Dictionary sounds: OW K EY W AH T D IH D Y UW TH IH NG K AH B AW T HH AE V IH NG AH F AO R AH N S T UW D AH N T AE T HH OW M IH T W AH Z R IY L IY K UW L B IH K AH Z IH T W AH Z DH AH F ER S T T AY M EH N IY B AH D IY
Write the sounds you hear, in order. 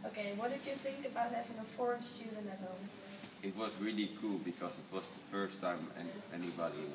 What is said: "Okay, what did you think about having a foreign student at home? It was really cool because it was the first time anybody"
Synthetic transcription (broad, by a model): OW K EY W AH T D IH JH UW TH IH NG K AH B AW T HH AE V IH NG AH F AO R AH N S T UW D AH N AE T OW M IH T W AH Z R IY L IY K UW L B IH K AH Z IH T W AH Z DH AH F ER S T T AY M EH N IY B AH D IY